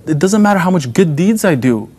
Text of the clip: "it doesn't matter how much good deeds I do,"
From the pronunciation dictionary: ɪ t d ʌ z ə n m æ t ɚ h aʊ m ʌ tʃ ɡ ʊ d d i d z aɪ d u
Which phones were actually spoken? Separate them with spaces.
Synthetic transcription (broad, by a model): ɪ t d ʌ z ə n m æ t ɚ h aʊ m ʌ tʃ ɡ ʊ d d i d z aɪ d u